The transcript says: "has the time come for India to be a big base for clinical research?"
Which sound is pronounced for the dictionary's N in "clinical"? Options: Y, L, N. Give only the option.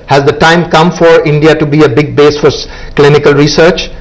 N